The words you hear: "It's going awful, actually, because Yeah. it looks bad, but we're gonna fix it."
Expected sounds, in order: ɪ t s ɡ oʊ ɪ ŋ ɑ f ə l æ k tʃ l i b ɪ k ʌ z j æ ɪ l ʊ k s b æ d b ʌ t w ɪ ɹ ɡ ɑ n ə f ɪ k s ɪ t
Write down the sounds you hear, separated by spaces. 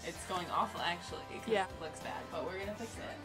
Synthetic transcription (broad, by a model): ɪ t s ɡ oʊ ɪ ŋ ɑ f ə l æ k tʃ i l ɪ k j æ l ʊ k s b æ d b ʌ t w ɪ ɹ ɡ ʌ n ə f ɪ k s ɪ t